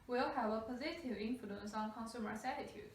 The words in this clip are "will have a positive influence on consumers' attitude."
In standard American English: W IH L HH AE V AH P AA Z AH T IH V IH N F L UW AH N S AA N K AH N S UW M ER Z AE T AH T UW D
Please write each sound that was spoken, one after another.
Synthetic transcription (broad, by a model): W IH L HH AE V AH P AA Z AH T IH V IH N F L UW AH N S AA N K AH N S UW M ER S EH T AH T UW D